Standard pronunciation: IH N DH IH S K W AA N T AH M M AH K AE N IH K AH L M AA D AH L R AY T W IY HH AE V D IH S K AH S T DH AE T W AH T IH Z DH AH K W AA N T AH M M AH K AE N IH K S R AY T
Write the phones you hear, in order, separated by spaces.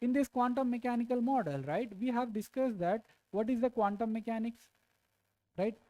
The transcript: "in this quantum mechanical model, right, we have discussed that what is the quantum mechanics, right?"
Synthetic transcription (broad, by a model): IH N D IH S K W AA N T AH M M AH K AE N IH K AH L M AA D AH L R AY T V IY HH AE V D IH S K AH S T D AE T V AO T IH Z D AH K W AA N T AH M M AH K AE N IH K S R AY T